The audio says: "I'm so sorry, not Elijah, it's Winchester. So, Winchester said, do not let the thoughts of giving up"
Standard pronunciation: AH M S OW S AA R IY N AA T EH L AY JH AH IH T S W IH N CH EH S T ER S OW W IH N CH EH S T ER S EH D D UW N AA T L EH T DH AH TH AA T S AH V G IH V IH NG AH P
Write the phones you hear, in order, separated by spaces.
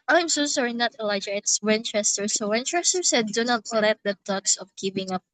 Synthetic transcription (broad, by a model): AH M S OW S AA R IY N AA T EH L AY JH AH IH T S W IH N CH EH S T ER S OW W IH N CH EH S T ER S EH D D UW N AA T L EH T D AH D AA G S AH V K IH P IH NG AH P